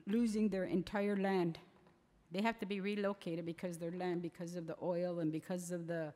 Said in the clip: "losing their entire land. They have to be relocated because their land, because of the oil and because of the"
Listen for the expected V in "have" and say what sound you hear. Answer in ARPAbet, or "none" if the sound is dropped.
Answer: F